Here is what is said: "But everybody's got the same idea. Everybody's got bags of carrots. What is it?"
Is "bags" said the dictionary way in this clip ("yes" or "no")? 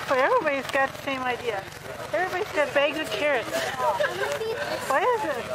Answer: no